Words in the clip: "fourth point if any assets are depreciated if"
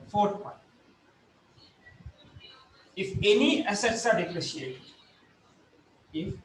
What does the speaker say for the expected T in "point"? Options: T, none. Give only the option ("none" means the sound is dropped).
none